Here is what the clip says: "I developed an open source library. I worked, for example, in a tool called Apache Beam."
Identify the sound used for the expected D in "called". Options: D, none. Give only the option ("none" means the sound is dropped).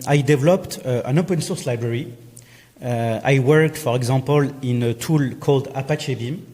D